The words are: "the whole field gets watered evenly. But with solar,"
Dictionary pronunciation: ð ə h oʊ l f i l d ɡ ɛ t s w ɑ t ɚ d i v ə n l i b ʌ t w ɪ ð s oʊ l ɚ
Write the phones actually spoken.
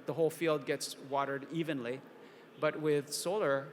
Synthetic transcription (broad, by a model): ð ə h oʊ l f i l d ɡ ɛ t s w ɑ t ɚ d i v ə n l i b ʌ t w ɪ ð s oʊ l ɚ